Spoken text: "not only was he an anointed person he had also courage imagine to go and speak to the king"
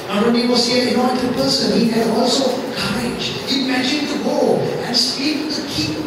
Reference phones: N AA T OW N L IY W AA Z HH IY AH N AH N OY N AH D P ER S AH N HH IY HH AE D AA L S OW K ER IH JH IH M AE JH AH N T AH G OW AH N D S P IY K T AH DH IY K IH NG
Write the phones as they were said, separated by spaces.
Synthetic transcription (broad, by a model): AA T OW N IY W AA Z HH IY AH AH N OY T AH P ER S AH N HH IY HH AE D AA L S OW K ER IH JH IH M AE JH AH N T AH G OW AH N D S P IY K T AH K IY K